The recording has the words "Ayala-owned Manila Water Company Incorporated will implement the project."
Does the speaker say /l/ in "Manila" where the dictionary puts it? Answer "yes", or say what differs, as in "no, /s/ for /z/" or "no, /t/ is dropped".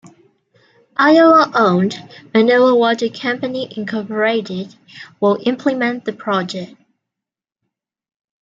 no, /l/ is dropped